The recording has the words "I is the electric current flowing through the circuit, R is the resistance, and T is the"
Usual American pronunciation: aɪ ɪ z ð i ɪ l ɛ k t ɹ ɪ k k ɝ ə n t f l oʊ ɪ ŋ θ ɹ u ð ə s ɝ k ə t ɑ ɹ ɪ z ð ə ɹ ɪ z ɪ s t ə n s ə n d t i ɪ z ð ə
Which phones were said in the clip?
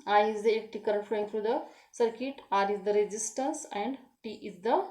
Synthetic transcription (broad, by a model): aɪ ɪ z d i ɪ k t ɪ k k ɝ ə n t f l oʊ ɪ ŋ t ɹ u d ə s ɝ k ə t ɑ ɹ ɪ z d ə ɹ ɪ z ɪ s t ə n s ə n d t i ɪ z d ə